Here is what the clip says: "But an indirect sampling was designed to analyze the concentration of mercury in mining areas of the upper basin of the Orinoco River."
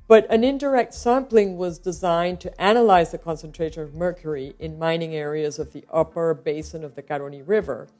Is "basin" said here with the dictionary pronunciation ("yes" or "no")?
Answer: yes